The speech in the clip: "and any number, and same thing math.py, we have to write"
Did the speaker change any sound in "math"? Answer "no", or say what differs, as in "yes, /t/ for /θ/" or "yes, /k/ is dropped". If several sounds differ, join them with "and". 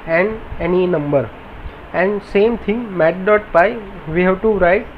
yes, /t/ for /θ/